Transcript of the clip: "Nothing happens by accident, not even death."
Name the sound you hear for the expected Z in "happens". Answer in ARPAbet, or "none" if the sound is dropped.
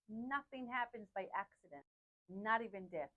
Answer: Z